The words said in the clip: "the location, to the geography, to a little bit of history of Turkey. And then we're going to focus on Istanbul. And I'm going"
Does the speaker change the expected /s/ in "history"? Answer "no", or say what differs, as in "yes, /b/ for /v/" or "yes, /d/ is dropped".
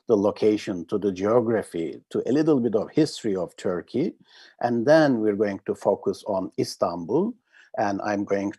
no